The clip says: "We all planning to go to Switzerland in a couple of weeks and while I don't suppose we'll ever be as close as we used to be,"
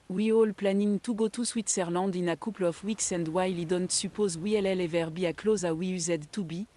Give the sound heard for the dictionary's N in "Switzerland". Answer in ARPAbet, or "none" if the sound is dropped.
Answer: none